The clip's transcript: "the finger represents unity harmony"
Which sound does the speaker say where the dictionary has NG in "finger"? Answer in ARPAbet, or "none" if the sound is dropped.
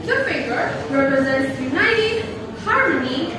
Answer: none